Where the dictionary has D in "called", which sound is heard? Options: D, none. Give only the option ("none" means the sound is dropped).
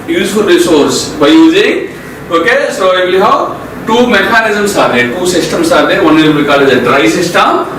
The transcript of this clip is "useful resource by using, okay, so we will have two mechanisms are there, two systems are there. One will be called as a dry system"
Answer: none